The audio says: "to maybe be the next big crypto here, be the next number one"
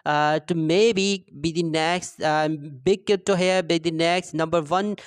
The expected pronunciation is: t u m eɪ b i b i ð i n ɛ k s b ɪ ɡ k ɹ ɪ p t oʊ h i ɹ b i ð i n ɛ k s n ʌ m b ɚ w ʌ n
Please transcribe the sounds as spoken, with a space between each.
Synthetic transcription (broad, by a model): t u m eɪ b i b i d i n ɛ k s b ɪ ɡ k ɪ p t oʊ h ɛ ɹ b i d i n ɛ k s n ʌ m b ɚ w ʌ n